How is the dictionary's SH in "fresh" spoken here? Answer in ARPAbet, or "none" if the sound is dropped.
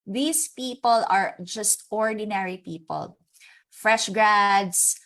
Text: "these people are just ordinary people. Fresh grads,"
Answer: SH